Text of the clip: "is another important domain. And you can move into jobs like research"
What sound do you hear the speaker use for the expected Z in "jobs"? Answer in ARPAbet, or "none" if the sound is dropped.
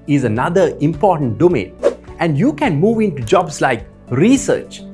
S